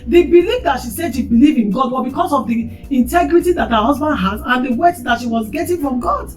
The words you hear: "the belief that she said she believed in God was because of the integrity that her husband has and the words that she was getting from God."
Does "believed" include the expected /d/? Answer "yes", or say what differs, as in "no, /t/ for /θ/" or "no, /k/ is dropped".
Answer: no, /d/ is dropped